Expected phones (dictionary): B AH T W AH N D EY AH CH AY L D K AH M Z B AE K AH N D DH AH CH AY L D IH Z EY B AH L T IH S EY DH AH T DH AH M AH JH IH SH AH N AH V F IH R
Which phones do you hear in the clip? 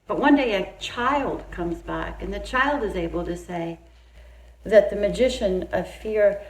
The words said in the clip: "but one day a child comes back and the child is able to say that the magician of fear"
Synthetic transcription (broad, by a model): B AH T W AH N D EY AH CH AY L D K AH M Z B AE K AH N DH AH CH AY L D IH Z EY B L T IH S EY DH AH T DH AH M AH JH IH SH AH N AH V F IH R